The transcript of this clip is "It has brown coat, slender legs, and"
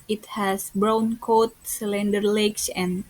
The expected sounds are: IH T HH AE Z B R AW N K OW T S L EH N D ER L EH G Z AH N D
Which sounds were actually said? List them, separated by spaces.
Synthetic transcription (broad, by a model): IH T HH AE S B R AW N K OW T S L EH N D ER L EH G S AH N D